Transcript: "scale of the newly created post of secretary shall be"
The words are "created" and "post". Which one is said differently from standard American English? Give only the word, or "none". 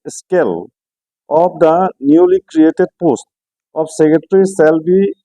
none